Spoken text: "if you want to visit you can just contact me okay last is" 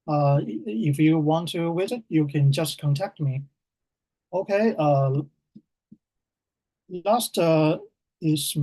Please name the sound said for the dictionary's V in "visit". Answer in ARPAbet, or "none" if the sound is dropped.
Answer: W